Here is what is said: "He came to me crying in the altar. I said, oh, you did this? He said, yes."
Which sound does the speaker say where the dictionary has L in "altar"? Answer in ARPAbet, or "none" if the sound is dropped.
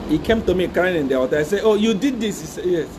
none